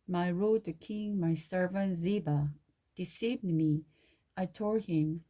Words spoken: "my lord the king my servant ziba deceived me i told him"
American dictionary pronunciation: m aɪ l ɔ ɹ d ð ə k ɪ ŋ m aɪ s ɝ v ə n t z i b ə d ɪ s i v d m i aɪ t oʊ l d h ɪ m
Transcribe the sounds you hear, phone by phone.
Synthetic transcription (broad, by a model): m aɪ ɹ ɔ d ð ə k ɪ ŋ m aɪ s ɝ v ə n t z i b ə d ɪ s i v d m i aɪ t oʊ d h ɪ m